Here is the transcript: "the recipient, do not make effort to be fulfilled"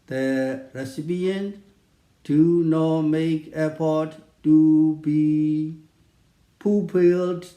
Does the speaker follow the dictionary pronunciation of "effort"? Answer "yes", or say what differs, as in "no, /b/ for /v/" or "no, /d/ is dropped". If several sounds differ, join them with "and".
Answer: no, /p/ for /f/